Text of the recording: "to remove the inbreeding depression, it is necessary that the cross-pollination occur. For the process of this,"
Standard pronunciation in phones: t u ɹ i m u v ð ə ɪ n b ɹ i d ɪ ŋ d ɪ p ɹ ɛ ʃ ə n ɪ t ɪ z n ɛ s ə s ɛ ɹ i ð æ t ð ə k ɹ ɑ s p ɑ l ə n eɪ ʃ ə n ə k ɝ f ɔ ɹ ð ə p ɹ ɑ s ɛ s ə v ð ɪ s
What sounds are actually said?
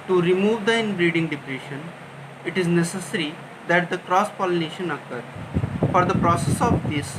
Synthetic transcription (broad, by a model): t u ɹ i m u v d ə ɪ n b ɹ i d ɪ ŋ d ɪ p ɹ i ʃ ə n ɪ t ɪ z n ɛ s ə s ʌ ɹ i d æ t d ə k ɹ ɑ s p ɑ l ə n eɪ ʃ ə n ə k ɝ f ɔ ɹ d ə p ɹ ɑ s ɛ s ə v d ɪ s